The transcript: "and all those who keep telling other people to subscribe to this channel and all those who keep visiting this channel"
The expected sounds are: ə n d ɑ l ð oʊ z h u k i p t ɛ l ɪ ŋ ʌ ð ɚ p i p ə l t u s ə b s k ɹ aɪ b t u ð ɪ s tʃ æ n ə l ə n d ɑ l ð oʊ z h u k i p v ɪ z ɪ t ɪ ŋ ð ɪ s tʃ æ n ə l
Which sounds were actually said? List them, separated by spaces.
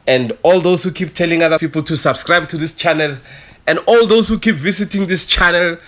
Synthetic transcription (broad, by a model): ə n d ɑ l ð oʊ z h u k i p t ɛ l ɪ ŋ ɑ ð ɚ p i p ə l t u s ə b s k ɹ aɪ b t u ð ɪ s tʃ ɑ n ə l ə n d ɑ l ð oʊ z h u k i p v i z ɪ t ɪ ŋ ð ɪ s tʃ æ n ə l